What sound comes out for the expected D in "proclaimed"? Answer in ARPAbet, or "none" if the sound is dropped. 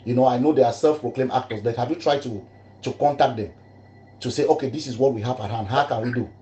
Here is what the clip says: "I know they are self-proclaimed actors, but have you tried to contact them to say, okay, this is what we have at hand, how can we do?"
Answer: none